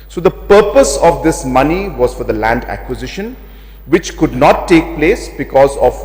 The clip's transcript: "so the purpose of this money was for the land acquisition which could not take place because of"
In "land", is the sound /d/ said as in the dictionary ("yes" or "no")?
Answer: yes